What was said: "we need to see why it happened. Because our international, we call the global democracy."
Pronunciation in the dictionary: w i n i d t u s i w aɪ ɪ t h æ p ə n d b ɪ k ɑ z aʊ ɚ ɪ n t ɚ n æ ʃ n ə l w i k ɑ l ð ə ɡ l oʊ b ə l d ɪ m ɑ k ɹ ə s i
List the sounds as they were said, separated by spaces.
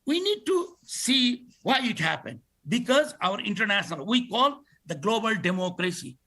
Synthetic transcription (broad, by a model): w i n i d t u s i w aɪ ɪ t h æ p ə n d b ɪ k ɑ z aʊ ɚ ɪ n t ɚ n æ ʃ n ə l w i k ɑ l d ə ɡ l oʊ b ə l d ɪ m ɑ k ɹ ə s i